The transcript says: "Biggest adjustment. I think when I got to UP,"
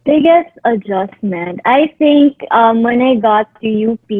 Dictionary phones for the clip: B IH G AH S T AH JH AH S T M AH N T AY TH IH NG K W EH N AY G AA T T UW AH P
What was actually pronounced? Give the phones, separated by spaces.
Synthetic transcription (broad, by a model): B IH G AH S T AH JH AH S T M AH N T AY T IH NG K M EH N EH G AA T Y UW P